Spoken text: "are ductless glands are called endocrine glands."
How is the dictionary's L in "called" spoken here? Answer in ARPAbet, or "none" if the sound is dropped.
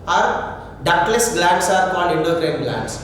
N